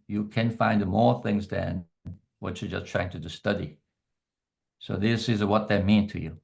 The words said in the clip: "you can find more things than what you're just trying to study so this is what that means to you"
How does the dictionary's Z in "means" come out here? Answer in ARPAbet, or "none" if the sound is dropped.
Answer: none